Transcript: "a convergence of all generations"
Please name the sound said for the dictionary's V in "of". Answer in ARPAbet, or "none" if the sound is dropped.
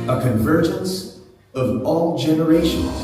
V